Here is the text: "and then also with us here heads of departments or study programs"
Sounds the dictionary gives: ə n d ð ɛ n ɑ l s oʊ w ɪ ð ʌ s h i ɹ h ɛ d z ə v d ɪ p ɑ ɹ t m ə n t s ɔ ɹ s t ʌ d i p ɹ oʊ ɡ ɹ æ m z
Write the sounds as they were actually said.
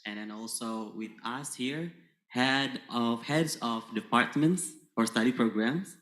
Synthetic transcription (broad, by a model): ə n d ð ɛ n ɑ l s oʊ w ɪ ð ʌ s h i ɹ h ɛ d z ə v d ɪ p ɑ ɹ t m ə n t s ɔ ɹ s t ʌ d i p ɹ oʊ ɡ ɹ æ m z